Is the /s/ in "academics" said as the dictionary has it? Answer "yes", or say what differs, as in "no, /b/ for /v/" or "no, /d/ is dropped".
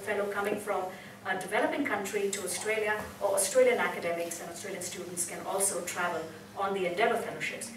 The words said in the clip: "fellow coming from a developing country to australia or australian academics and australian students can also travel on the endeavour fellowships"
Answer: yes